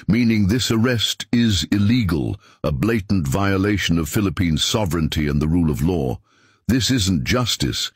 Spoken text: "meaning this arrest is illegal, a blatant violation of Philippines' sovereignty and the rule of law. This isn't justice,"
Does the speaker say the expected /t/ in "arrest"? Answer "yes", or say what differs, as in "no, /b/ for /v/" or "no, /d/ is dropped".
yes